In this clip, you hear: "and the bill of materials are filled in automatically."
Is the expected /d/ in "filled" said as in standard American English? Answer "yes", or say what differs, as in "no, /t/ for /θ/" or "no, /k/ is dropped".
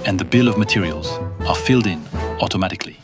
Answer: yes